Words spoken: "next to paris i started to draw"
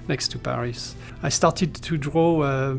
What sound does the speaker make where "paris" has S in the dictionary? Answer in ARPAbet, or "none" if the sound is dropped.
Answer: S